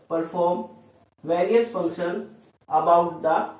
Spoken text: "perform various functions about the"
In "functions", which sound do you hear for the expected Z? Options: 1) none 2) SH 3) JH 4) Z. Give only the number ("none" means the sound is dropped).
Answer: 1